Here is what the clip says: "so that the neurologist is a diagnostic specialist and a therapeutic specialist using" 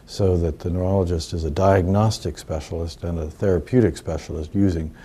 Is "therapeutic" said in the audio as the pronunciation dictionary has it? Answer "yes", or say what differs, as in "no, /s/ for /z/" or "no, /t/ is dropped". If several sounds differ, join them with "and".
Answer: yes